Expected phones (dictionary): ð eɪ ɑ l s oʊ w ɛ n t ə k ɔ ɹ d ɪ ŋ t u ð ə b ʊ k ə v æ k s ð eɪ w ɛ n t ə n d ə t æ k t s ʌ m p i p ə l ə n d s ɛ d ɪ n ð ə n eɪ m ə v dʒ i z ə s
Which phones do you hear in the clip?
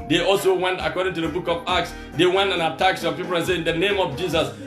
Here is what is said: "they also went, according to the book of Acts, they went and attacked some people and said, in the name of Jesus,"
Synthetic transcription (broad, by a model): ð eɪ ɑ l s oʊ w ɛ n t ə k ɔ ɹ d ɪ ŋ t u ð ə b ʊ k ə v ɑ k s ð eɪ w ɛ n t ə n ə t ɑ k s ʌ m p i p ə l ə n s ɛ ɪ n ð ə n eɪ m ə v dʒ i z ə s